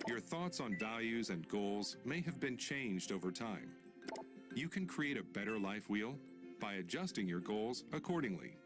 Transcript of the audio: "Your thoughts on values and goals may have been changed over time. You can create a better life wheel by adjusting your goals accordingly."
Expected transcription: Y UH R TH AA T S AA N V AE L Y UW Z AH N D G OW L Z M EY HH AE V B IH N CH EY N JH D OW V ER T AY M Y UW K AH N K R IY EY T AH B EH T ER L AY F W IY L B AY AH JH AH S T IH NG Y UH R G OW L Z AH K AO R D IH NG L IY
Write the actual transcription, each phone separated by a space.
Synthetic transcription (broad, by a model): Y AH R TH AA T S N V AE L Y UW Z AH N G OW L Z M EY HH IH V B IH N CH EY N JH D OW V ER T AY M Y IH K AH N K R IY EY T AH B EH T ER L AY F W IY L B AY AH JH AH S T IH NG Y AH R G OW L Z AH K AO R D IH NG L IY